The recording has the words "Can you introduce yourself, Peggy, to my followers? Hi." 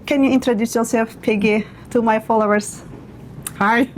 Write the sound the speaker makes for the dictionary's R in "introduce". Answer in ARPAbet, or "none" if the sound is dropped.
R